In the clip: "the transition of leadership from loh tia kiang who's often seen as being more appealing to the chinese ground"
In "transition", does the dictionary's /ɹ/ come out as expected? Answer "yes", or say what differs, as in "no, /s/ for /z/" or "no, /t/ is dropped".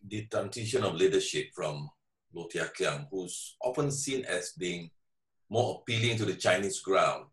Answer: no, /ɹ/ is dropped